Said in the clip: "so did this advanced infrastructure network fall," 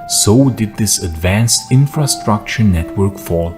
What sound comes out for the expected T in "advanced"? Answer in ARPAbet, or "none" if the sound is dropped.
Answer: T